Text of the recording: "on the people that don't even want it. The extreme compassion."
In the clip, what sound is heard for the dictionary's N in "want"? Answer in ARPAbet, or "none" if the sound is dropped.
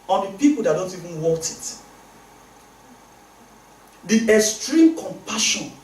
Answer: none